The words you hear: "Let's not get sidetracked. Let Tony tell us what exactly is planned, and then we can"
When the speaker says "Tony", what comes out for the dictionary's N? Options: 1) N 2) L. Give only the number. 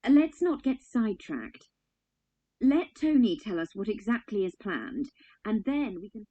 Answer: 1